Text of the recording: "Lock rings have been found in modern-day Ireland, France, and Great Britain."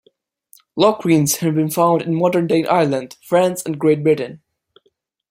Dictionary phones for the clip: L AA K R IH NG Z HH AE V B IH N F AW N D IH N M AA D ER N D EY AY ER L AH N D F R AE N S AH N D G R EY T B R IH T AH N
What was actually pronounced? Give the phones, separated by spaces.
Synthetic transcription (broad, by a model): L AA K W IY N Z HH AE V B IH N F AW N D IH N M AA D ER N D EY AY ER L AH N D F R AE N S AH N G R EY T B R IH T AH N